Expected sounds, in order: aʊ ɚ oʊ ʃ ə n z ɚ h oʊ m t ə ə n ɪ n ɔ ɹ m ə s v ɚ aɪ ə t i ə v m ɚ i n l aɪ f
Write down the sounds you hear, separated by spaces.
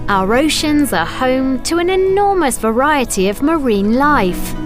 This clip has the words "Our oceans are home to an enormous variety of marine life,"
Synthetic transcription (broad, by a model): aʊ ɚ oʊ ʃ ə n z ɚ h oʊ m t ə ə n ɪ n ɔ m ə s v ɚ aɪ ə t i ə v m ɚ i n l aɪ f